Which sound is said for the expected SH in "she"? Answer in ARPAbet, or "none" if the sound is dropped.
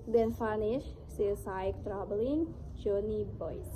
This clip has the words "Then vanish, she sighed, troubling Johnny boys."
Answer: S